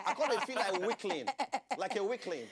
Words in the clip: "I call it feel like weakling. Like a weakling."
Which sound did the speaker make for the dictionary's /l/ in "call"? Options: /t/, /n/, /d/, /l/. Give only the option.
/n/